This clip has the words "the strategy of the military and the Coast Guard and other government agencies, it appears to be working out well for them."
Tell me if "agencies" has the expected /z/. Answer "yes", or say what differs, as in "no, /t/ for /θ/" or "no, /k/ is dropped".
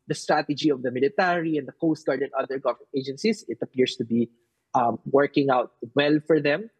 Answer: no, /s/ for /z/